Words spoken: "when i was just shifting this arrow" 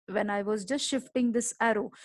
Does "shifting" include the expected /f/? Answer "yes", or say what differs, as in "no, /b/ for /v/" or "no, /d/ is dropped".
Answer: yes